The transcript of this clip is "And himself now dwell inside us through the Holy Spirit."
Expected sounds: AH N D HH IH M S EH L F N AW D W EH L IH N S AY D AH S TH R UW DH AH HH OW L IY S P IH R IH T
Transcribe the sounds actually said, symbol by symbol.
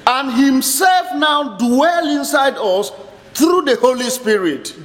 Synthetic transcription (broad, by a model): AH N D HH IH M S EH L F N AW D W EH L IH N S AY D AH S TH R UW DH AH HH OW L IY S P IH R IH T